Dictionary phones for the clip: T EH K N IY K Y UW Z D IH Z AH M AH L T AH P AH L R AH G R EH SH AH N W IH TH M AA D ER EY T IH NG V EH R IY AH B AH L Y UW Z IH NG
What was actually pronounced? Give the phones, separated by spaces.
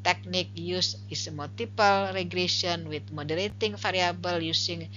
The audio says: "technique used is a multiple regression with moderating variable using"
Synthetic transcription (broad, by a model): T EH K N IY K Y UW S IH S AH M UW L T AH P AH L R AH G R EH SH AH N W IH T M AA D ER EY T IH NG F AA R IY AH B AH L Y UW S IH NG